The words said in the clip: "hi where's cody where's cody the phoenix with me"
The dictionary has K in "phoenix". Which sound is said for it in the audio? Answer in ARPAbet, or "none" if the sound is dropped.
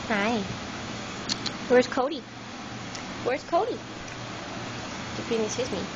none